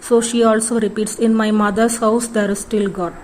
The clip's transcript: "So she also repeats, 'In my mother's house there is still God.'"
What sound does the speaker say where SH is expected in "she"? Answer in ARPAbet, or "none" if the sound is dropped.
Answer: SH